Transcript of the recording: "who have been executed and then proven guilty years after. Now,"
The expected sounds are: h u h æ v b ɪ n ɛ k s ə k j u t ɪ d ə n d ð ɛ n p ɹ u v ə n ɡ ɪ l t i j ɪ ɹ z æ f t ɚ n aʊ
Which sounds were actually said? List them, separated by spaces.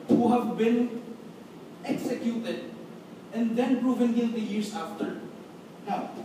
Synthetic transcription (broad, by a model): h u h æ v b ɪ n ɛ k s ə k j u t ɪ d ə n d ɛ n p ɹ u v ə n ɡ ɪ n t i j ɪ ɹ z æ f t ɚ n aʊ